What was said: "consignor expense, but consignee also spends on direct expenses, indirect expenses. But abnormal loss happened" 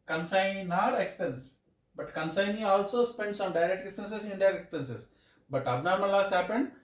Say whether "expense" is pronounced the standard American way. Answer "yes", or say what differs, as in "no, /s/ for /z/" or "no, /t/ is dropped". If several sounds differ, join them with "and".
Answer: yes